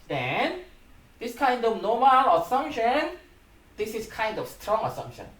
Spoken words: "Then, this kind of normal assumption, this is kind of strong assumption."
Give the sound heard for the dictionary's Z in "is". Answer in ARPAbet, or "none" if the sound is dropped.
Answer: S